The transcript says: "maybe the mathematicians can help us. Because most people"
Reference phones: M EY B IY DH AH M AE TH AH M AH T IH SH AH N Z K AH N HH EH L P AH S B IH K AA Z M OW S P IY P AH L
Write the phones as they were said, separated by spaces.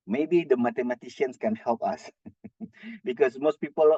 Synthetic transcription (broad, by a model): M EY B IY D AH M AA T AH M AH T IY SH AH N S K AH N HH EH L P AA S B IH K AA S M OW S P IY P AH L